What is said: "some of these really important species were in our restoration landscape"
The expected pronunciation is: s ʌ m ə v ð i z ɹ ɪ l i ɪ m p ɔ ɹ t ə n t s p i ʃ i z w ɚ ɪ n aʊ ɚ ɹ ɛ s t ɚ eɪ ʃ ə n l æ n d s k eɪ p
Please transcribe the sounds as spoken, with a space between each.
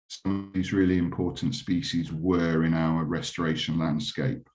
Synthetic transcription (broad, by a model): s ʌ m ə v ð i z ɹ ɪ l i ɪ m p ɔ t n t s p i ʃ i z w ɚ ɪ n aʊ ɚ ɹ ɛ s t ɚ eɪ ʃ ə n l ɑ n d s k eɪ p